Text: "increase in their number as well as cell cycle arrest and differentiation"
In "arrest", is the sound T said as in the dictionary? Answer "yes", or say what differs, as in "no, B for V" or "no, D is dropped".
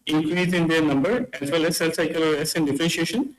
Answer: no, T is dropped